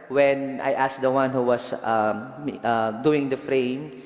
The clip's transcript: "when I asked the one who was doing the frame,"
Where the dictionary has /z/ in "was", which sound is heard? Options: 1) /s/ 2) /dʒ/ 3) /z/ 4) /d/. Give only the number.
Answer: 1